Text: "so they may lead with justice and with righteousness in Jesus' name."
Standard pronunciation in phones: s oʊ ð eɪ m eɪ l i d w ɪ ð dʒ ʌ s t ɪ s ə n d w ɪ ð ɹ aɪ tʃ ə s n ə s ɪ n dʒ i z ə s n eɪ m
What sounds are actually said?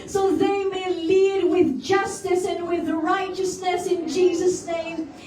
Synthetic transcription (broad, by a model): s oʊ ð eɪ m eɪ l i d w ɪ ð dʒ ʌ s t ɪ s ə n w ɪ ð ɹ aɪ tʃ ə s n ə s ɪ n dʒ i z ə s n eɪ m